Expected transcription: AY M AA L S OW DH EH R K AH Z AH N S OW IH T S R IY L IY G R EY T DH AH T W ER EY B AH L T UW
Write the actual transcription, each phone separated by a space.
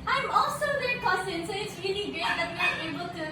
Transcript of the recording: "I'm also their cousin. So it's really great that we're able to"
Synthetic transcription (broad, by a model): AY M AA L S OW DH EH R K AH S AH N S OW IH T S R IY L IY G EY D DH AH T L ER EY B AH L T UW